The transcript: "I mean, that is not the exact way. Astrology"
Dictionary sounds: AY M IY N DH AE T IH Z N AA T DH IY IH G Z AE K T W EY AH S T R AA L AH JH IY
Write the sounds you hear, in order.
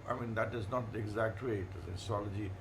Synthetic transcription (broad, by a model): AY M IY N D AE T IH Z N AA T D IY IH G Z AE K T W EY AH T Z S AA L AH JH IY